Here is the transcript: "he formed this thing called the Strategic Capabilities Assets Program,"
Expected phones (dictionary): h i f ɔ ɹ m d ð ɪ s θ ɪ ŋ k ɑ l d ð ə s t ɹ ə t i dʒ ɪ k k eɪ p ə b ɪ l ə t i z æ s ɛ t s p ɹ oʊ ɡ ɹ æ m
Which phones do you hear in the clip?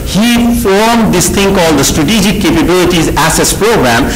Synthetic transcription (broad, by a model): h i f ɔ ɹ m d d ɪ s t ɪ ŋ k ɑ l d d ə s t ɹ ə t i dʒ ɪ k k eɪ p ə b ɪ l ə t i z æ s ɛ s p ɹ oʊ ɡ ɹ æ m